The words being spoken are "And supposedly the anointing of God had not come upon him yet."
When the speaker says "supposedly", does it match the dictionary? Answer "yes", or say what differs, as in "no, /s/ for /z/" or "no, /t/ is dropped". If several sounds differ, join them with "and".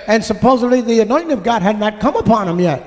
yes